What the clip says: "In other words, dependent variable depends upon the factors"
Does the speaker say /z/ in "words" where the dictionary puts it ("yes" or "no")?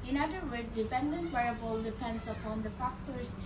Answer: no